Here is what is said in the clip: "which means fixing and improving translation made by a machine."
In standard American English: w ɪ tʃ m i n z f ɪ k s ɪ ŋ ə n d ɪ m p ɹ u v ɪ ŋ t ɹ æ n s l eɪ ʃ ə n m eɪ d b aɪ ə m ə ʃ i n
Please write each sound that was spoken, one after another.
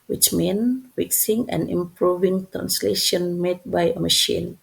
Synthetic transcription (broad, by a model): w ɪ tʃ m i n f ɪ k s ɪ ŋ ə n ɪ m p ɹ u v ɪ ŋ t ɹ æ n s l eɪ ʃ ə n m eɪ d b aɪ ə m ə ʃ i n